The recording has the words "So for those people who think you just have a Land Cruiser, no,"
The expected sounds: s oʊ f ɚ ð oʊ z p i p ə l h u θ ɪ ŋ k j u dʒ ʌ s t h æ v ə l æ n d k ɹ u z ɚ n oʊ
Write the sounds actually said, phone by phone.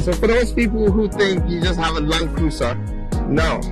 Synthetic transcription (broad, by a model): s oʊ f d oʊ s p i p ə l h u t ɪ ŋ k j u dʒ ʌ s t h æ v ə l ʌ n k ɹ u s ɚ n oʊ